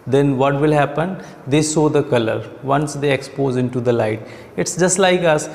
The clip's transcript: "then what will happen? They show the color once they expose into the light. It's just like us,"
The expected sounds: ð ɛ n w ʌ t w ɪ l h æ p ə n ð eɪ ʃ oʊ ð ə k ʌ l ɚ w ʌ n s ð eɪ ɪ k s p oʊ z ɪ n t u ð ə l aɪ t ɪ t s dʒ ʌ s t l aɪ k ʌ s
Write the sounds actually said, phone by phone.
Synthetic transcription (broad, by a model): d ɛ n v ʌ t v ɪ l h æ p ə n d eɪ s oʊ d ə k ʌ l ɚ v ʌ n s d eɪ ɪ k s p oʊ z ɪ n t u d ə l aɪ t ɪ t s dʒ ʌ s t l aɪ k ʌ s